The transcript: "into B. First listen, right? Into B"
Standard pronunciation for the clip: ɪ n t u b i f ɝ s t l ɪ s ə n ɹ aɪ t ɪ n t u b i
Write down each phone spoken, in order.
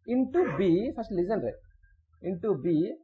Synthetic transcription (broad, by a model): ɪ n t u b i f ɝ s t l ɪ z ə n ɹ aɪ ɪ n t u b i